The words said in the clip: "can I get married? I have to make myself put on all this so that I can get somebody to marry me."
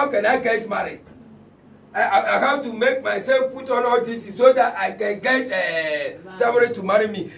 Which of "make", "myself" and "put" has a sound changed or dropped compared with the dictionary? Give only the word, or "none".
put